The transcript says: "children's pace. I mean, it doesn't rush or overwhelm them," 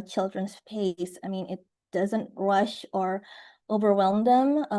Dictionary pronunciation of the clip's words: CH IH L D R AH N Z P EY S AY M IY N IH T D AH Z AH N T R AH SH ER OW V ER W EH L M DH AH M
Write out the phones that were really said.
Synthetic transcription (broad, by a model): CH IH L D R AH N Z P EY S AY M IY N IH T D AH Z AH N T R AH SH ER OW V ER W EH L M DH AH M